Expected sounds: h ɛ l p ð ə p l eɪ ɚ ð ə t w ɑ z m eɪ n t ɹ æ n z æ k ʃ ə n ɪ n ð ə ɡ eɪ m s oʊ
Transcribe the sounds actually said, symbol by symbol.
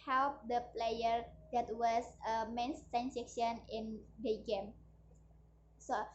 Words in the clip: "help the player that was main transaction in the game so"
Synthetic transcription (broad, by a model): h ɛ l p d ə p l eɪ ɚ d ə t w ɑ s m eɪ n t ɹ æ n s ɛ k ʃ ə n ɪ n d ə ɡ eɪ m s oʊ